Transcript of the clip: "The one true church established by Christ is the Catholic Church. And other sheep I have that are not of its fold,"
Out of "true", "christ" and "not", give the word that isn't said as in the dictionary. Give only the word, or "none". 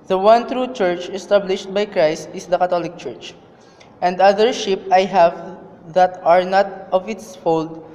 none